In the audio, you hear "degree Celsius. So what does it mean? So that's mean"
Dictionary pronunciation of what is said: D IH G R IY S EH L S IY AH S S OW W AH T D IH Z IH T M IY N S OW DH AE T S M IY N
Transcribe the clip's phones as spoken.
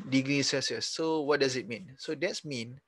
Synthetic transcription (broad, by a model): D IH G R IY S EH S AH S S OW W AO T D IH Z IH T M IY N S OW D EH T S M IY N